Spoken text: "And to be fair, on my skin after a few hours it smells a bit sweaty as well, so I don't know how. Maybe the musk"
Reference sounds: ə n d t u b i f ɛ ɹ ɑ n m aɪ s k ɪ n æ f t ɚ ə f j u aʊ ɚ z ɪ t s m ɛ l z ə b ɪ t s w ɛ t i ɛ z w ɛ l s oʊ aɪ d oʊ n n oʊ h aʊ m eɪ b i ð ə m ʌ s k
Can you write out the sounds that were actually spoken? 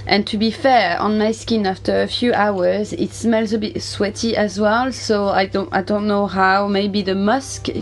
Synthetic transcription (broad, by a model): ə n t u b i f ɛ ɹ ɑ n m aɪ s k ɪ n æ f t ɚ ə f j u aʊ ɚ z ɪ t s m ɛ l z ə b ɪ t s w ɛ t i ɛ z w ɛ l s oʊ aɪ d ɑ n n oʊ h aʊ m eɪ b i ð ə m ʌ s k